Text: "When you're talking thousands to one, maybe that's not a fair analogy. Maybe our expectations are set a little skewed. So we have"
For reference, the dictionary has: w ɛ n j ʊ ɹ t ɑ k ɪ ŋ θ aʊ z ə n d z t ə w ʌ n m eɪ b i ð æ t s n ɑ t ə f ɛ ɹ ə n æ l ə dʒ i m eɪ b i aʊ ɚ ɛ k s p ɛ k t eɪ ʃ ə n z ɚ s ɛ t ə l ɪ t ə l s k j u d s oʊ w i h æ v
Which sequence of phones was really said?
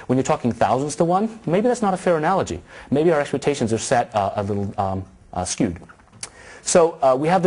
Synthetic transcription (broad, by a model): w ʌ n j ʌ ɹ t ɑ k ɪ ŋ θ aʊ z ə n d z t ə w ʌ n m eɪ b i ð æ t s n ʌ t ə f ɛ ɹ ə n æ l ə dʒ i m eɪ b i aʊ ɚ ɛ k s p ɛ k t eɪ ʃ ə n z ɚ s ɛ t ə l ɪ t l s k j u d s oʊ w i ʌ v